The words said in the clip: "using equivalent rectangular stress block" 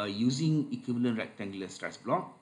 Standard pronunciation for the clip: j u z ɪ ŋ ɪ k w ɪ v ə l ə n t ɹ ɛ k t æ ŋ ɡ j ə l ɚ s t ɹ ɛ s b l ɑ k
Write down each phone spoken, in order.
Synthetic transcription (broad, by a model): j u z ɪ ŋ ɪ k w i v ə l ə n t ɹ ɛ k t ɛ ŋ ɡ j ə l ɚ s t ɹ ɛ s b l ɑ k